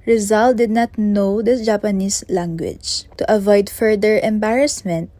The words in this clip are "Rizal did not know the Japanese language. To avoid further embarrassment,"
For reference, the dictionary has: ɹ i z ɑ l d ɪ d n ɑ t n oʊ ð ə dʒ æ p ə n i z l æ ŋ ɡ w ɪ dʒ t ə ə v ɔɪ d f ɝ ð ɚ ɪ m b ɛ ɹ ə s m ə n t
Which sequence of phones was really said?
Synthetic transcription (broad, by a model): ɹ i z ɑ l d ɪ d n ɑ t n oʊ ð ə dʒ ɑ p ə n i s l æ ŋ ɡ w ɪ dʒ t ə ə v ɔɪ d f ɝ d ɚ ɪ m b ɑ ɹ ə s m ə n t